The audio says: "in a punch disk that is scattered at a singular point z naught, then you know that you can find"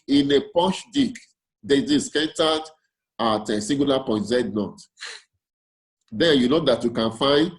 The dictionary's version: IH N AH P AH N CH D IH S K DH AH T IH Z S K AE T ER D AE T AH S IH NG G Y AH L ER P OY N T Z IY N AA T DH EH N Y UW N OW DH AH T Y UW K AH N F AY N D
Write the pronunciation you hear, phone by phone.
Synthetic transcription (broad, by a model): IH N AH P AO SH D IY K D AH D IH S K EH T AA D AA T AH S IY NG G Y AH L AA P OY N T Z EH N AA T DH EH N Y UW N OW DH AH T Y UW K AH N F AY N D